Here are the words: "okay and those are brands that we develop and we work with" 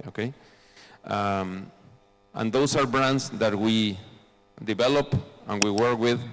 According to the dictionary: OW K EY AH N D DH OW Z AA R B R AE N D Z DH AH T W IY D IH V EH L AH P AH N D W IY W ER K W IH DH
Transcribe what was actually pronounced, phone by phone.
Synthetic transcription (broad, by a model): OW K EY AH N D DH OW S AA R B R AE N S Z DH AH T W IY D IH V EH L AH P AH N W IY W ER K W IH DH